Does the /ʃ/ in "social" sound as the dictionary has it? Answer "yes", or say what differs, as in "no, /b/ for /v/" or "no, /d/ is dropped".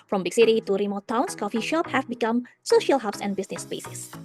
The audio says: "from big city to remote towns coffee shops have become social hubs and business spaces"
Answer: yes